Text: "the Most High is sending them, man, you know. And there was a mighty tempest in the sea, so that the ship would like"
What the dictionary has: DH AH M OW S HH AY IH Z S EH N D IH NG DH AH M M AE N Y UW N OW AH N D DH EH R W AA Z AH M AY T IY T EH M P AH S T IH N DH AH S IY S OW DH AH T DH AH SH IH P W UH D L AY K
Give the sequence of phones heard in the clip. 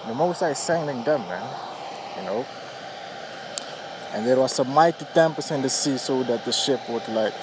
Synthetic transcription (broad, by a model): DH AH M OW S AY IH S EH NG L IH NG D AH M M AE N Y UW N OW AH N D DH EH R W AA S AH M AY T IY T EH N P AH S IH N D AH S IY S OW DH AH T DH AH SH IH P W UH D L AY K